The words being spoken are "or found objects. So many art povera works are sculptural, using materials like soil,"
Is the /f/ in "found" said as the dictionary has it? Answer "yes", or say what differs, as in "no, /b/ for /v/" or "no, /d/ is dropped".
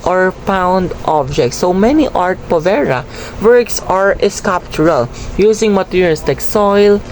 no, /p/ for /f/